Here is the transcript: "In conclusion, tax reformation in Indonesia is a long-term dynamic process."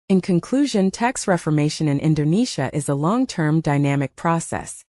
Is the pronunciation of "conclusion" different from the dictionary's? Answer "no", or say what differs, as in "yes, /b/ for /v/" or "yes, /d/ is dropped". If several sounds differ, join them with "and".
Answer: no